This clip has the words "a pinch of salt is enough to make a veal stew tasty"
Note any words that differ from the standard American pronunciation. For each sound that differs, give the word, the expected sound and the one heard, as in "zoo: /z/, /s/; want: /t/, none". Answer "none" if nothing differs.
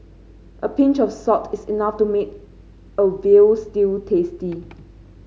of: /v/, /f/; salt: /l/, none; is: /z/, /s/